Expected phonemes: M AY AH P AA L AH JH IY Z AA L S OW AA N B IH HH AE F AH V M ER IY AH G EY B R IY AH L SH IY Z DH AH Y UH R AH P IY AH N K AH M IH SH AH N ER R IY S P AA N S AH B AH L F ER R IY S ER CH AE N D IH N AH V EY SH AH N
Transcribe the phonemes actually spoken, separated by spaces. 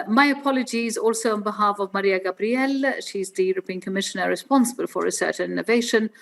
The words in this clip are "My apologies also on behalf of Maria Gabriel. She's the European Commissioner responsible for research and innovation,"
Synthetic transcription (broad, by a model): M AY AH P AA L AH JH IY Z AA L S OW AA N B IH HH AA F AH V M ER IY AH G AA B R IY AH L SH IY Z DH AH Y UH R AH P IY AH N K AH M IH SH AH N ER R IY S P AA N S AH B AH L F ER R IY S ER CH N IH N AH V EY SH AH N